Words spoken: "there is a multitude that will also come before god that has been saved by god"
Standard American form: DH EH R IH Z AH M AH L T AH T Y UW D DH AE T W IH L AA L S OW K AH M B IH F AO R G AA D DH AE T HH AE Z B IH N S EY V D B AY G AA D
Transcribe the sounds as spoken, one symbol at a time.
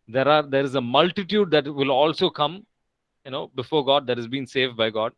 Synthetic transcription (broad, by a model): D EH R IH Z AH M AH L T AH T Y UW D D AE T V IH L AA L S OW K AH M B IH F AO R G AA D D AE T HH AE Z B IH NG S EY V D B AY G AA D